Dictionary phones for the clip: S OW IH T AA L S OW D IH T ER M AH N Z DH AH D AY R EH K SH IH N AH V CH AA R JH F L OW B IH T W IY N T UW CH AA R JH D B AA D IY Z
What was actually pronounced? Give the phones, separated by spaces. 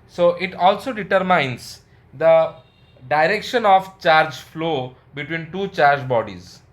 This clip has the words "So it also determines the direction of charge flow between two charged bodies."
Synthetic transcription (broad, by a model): S OW IH T AA L S OW D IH T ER M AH N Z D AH D AY R EH K SH IH N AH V CH AA R JH F L OW B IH T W IY N T UW CH AA R JH B AA D IY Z